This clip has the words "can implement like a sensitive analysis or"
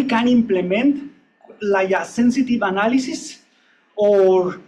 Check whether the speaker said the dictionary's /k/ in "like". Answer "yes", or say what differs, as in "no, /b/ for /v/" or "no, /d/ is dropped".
no, /k/ is dropped